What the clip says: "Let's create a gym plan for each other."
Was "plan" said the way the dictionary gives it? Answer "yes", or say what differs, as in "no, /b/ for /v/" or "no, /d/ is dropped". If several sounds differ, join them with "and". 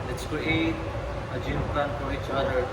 no, /l/ is dropped